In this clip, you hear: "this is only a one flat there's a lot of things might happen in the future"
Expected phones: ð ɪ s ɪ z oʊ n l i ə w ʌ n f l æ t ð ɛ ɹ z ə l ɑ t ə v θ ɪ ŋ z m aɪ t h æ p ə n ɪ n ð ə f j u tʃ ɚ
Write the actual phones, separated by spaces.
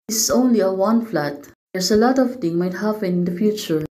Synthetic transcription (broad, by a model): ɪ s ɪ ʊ n l i ə w ʌ n f l æ t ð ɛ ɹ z ə l ɑ t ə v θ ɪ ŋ m aɪ t h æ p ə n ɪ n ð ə f j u tʃ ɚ